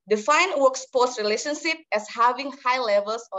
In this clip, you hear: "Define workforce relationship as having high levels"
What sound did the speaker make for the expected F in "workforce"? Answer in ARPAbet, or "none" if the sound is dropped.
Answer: P